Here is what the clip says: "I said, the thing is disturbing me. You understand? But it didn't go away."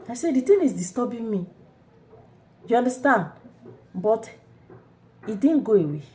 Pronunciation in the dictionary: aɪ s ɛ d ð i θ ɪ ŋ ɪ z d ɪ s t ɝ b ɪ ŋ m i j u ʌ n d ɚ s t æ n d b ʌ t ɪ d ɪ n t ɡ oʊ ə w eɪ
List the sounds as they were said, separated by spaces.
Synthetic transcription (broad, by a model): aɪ s ɛ d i t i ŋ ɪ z d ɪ s t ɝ b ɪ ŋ m i j u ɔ n d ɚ s t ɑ n d b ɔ t ɪ d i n ɡ oʊ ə w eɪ